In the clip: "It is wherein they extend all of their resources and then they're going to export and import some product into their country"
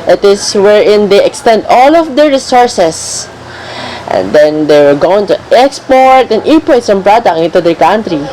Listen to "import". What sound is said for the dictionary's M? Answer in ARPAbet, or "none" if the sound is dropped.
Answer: none